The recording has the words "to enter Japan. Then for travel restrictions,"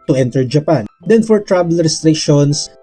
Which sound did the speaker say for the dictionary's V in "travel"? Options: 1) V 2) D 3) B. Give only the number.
3